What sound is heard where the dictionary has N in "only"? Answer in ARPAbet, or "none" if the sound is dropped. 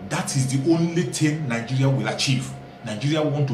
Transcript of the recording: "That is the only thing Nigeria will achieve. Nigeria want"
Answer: N